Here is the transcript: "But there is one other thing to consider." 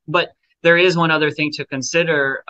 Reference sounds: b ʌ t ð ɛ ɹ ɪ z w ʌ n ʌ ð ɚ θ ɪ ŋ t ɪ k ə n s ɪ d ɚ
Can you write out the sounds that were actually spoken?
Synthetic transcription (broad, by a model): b ʌ t ð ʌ ɹ ɪ z w ʌ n ʌ ð ɚ θ ɪ ŋ t ɪ k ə n s ɪ d ɚ